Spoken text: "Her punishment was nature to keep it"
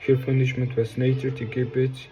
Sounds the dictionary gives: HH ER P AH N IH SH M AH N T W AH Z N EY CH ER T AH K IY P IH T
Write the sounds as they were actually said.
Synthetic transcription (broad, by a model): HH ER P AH N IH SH M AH N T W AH S N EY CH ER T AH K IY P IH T